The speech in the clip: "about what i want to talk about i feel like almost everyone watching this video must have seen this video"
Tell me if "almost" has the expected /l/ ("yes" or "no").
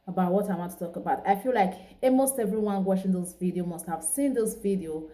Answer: no